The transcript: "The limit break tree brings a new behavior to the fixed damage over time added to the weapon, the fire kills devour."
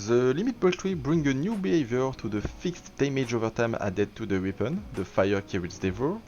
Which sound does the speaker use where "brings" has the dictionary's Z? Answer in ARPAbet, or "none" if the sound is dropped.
none